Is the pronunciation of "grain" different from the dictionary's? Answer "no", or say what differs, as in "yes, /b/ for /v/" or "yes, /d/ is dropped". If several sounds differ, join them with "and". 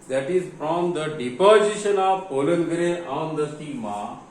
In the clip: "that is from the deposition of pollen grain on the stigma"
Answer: yes, /n/ is dropped